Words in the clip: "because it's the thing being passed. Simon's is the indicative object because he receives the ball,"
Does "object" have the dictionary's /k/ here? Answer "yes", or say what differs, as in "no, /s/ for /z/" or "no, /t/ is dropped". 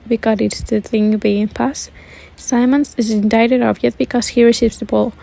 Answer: no, /k/ is dropped